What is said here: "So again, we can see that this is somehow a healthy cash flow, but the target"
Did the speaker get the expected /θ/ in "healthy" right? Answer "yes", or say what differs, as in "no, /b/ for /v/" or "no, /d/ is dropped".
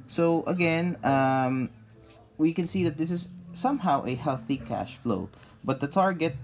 yes